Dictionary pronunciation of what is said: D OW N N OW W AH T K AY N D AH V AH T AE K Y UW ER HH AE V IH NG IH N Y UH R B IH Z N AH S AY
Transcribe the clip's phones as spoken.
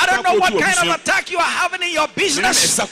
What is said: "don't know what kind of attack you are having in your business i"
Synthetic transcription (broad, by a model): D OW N N OW W AH T K AY N D AH V AH T AE K Y UW ER HH AE V IH NG IH N Y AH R B IH Z N AH S